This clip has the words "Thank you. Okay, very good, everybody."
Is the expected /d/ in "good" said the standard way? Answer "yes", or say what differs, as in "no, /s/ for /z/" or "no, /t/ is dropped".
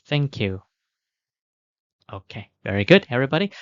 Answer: yes